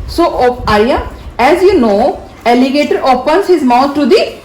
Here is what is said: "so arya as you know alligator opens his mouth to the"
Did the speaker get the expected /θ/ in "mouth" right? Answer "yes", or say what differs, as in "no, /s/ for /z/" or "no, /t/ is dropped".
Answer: no, /t/ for /θ/